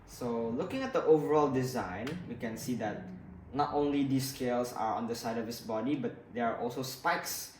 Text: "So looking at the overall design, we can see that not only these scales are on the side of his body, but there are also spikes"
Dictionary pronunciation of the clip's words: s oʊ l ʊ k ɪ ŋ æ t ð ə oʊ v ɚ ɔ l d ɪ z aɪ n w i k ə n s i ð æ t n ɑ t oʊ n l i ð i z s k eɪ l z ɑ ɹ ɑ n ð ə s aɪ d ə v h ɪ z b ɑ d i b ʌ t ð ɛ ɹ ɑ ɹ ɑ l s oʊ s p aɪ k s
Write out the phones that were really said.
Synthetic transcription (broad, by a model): s oʊ l ʊ k ɪ ŋ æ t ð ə oʊ v ɚ ɔ l d ɪ z aɪ n w i k ə n s i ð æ t n ɑ t oʊ n l i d i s k eɪ l s ɑ ɹ ɑ n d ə s aɪ d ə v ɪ s b ɑ d i b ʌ t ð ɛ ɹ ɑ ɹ ɑ l s oʊ s p aɪ k s